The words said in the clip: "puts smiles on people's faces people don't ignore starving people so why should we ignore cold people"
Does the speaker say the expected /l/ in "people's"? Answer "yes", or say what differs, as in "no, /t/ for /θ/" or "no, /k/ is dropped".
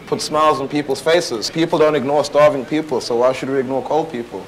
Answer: yes